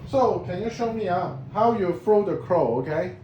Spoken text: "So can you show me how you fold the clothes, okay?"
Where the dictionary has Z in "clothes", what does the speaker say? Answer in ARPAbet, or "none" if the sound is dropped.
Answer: none